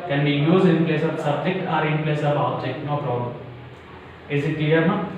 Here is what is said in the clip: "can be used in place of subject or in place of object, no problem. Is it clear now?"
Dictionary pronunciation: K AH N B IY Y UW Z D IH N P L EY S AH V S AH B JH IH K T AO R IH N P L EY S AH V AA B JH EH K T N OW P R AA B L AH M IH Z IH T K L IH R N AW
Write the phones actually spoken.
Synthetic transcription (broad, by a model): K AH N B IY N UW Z IH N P L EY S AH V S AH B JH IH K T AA R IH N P L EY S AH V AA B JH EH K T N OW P R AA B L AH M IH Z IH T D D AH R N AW